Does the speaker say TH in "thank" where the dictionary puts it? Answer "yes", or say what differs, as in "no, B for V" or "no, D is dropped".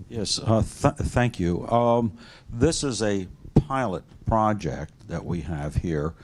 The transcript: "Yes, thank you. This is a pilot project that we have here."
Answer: yes